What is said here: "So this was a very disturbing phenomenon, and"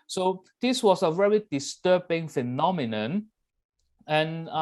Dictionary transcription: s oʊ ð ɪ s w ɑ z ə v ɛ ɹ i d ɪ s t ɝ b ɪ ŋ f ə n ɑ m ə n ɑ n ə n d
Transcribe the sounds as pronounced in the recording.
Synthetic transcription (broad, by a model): s oʊ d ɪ s w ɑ s ə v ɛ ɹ i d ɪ s t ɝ b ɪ ŋ f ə n ɑ m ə n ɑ n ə n